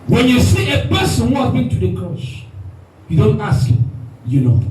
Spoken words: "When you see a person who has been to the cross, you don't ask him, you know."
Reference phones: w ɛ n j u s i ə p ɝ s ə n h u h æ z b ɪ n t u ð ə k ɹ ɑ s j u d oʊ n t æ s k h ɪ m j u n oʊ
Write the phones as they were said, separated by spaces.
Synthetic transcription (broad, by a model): w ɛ n j u s i ə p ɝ s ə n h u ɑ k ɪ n t u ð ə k ɑ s j u d oʊ n t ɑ s k h ɪ m j u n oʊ